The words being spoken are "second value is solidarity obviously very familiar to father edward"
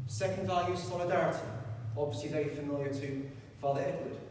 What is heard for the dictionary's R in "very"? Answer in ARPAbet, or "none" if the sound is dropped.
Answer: none